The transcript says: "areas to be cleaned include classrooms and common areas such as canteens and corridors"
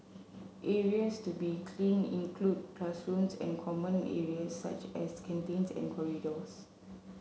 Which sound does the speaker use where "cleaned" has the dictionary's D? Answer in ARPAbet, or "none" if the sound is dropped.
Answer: none